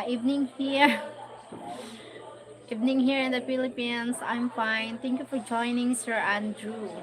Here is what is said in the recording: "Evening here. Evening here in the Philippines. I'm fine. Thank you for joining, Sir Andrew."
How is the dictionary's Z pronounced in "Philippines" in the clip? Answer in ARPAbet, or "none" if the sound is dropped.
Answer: S